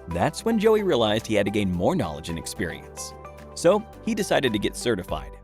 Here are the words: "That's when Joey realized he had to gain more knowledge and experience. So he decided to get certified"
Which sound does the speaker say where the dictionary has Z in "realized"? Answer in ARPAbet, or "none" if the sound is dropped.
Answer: Z